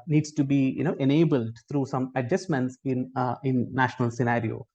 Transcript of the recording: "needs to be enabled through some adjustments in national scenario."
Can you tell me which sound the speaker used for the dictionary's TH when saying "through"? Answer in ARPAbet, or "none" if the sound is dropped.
T